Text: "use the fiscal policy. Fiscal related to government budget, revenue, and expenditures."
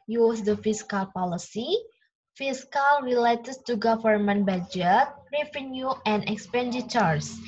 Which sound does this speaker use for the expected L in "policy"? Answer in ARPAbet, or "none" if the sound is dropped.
L